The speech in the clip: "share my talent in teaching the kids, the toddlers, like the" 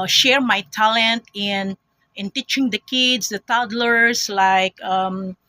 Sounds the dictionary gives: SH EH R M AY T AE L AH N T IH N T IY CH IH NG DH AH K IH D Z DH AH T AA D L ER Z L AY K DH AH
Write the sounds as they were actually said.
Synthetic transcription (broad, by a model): SH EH R M AY T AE L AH N T IH N T IY CH IH NG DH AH K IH D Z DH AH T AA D L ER S L AY K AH